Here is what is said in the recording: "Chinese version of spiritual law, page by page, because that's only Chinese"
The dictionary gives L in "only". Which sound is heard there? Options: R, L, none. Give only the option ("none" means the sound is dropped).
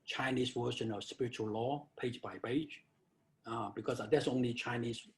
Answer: none